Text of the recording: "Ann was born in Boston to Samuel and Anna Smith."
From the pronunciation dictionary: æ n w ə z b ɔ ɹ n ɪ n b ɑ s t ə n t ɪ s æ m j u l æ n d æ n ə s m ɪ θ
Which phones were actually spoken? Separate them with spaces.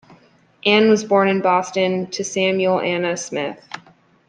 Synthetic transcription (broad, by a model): æ n w ə z b ɔ ɹ n ɪ n b ɑ s t ə n t ɪ s æ m j l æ æ n ə s m ɪ θ